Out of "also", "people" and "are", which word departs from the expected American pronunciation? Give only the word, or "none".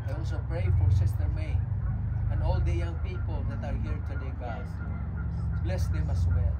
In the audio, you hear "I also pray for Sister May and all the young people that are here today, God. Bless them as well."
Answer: also